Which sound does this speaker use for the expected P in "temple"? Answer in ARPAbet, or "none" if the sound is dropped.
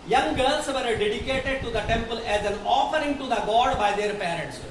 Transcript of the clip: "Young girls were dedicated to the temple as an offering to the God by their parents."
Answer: P